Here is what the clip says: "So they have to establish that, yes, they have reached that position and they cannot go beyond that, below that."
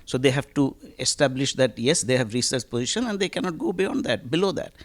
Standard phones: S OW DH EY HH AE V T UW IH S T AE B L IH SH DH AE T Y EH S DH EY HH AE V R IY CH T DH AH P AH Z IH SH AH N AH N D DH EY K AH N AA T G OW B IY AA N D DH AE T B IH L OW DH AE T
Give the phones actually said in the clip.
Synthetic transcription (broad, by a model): S OW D EY HH AE V T UW IH S T AE B L IH SH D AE T Y EH S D EY HH AE V R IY S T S P AH Z IH SH AH N AH N D EY K AH N AA T G OW B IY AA N D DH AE T B IH L OW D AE T